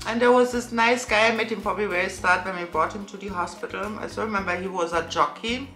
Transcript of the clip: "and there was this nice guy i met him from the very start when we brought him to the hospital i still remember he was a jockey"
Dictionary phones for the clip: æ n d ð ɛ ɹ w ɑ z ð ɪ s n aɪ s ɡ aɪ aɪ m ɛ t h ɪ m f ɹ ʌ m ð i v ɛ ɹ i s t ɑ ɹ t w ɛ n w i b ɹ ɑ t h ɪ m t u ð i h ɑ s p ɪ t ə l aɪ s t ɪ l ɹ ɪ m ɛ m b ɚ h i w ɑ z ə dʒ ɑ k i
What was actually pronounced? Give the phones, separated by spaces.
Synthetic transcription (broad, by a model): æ n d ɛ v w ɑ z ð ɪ s n aɪ s ɡ aɪ aɪ m ɛ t h ɪ m p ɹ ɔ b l i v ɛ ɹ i s t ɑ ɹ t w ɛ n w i b ɹ ɑ t h ɪ m t u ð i h ɑ s p ɪ t ə l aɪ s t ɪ ɹ ɪ m ɛ m b ɚ h i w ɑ z ə dʒ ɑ k i